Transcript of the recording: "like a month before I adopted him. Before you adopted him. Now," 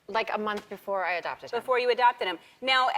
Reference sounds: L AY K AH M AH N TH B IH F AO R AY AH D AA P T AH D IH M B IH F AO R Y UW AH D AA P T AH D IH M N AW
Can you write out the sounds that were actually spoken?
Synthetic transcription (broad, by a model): L AY K AH M AH N TH B IH F AO R AY AH D AA P T AH D B IH F AO R Y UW AH D AA P T AH D IH M N AW